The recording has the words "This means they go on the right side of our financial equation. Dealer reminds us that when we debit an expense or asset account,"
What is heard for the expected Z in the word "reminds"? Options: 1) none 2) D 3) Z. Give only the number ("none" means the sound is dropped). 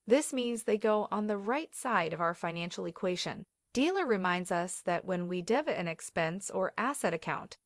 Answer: 3